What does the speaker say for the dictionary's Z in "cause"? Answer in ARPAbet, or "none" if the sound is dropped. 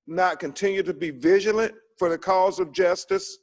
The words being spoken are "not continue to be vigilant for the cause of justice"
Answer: Z